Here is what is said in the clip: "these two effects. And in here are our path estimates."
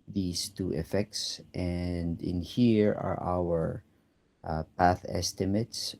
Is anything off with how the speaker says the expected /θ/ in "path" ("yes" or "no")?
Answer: no